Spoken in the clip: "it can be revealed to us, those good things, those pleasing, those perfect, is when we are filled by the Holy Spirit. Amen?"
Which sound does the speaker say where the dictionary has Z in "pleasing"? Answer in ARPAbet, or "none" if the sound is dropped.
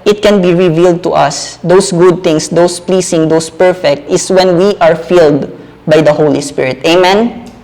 S